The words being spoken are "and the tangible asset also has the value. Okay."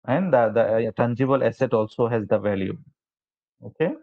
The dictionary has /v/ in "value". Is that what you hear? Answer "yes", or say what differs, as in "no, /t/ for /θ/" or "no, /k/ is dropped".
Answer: yes